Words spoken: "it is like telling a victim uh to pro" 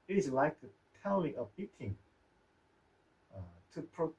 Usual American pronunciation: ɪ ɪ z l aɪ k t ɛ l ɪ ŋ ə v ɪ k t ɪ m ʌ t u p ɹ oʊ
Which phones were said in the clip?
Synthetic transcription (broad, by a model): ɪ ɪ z l aɪ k t ɛ l ɪ ŋ ə b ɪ t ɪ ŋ ʌ t u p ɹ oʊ